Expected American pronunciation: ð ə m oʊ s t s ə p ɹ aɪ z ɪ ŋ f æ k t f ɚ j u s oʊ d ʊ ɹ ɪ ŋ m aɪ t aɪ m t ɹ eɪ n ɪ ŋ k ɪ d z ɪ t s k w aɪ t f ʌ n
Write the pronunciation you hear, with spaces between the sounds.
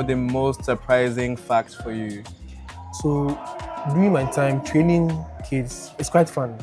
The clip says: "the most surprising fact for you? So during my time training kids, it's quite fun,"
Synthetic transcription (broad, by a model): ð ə m oʊ s t s ə p ɹ aɪ z ɪ ŋ f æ k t f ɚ j u s oʊ d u ɪ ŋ m aɪ t aɪ m t ɹ eɪ n ɪ ŋ k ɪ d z ɪ t s k w aɪ t f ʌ n